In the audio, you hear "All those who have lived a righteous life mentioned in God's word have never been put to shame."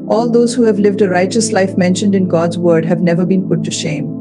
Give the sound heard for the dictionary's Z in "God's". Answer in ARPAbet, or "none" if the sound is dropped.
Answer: Z